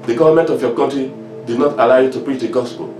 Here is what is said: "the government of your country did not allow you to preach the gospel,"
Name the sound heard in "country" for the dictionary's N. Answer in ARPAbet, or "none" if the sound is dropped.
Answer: none